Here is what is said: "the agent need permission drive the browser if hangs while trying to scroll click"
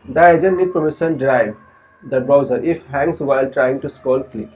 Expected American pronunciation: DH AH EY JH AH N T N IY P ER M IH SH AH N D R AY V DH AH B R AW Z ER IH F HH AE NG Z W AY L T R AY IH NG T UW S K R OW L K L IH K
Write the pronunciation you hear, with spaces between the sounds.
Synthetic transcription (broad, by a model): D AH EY JH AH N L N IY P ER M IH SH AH N D R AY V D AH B R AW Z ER IH F HH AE NG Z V AY L T R AY IH NG T UW S K OW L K L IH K